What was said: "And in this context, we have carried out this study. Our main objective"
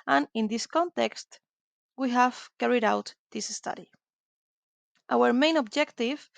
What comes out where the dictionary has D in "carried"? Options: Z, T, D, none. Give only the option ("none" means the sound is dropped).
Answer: D